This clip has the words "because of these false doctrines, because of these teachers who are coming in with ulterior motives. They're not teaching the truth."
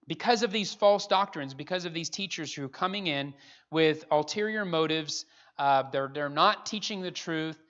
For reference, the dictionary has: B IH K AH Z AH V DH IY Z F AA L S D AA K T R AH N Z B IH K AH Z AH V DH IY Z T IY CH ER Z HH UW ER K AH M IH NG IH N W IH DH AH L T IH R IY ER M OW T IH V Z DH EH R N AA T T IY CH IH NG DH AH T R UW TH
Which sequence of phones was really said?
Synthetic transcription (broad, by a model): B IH K AH Z AH V DH IY Z F AA L S D AA K T R AH N Z B IH K AH Z AH V DH IY Z T IY CH ER Z HH UW K AH M IH NG IH N W IH DH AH L T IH R IY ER M OW T IH V Z DH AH R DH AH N T IY CH IH NG DH AH T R UW TH